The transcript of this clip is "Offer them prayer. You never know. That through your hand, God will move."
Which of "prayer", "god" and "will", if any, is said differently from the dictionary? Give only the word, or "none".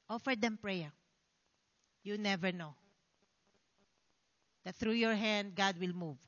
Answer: none